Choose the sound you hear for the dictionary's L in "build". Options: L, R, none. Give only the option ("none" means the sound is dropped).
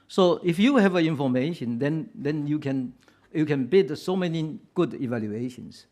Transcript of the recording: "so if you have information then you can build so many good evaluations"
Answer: none